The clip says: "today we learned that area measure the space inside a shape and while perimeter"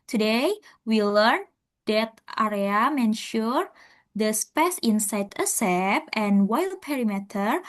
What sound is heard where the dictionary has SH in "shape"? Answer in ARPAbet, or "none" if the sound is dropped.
S